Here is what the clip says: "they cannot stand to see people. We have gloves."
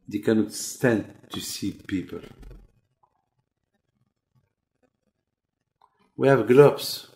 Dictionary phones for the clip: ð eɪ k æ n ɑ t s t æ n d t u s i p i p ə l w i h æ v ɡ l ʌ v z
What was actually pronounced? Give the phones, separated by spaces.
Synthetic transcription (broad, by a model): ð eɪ k æ n ɑ t s t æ n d t u s i p i p ə l w i h æ v ɡ l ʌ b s